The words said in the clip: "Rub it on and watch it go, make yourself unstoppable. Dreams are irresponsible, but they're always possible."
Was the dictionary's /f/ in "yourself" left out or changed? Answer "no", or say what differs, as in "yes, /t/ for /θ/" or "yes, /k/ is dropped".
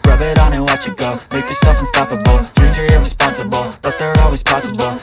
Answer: no